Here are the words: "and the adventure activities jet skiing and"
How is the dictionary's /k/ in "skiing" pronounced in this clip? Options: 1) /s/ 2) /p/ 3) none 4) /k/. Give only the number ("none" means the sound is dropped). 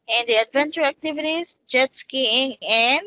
4